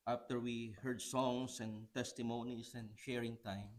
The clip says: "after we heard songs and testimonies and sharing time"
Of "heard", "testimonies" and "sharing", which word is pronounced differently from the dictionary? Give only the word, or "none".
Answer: testimonies